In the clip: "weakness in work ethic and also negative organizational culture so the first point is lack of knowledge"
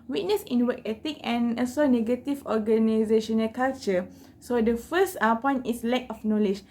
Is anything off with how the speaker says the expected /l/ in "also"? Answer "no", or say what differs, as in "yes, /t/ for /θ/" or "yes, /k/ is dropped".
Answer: yes, /l/ is dropped